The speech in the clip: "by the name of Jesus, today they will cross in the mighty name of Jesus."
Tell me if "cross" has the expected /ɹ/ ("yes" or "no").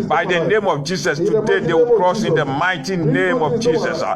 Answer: yes